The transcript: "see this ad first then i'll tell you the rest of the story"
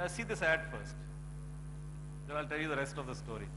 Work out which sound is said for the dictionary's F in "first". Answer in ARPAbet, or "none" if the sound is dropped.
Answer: F